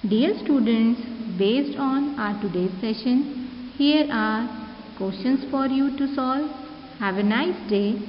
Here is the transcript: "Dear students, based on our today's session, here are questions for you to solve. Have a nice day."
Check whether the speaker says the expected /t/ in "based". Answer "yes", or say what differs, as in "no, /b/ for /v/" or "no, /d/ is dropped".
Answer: yes